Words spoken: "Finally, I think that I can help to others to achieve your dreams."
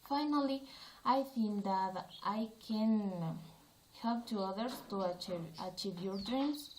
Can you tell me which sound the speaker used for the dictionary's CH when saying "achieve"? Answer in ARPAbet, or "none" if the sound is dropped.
CH